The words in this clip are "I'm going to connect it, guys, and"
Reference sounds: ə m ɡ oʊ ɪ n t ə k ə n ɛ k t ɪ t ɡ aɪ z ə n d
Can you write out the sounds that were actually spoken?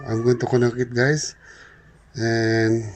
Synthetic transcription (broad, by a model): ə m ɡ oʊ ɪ n t ə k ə n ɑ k ɪ t ɡ aɪ s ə n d